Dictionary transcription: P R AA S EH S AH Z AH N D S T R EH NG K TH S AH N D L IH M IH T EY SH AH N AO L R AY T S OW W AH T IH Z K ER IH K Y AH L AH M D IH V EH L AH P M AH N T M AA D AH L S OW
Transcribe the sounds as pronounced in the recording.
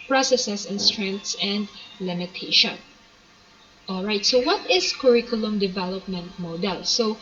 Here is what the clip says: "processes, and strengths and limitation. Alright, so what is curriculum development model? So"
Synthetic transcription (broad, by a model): P R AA S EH S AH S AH N S T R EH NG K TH S AH N D L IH M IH T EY SH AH N AO L R AY T S OW W AH T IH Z K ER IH K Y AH L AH M D IH V EH L AH P M AH N T M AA D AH L S OW